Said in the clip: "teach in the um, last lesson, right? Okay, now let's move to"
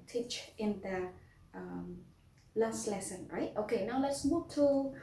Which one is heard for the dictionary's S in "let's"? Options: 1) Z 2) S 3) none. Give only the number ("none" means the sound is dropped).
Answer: 2